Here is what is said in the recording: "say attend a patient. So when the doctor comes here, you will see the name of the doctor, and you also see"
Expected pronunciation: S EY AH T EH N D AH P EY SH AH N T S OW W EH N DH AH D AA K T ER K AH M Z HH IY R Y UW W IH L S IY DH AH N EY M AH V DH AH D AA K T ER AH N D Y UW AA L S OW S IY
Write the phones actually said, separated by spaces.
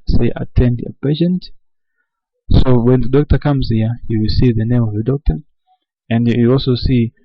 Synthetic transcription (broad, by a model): S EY AH T EH N D AH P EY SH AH N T S OW W EH N DH AH D AA K T ER K AH M Z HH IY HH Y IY W IH L S IY DH AH N EY M AH V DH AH D AA K T ER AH N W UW AA L S OW S IY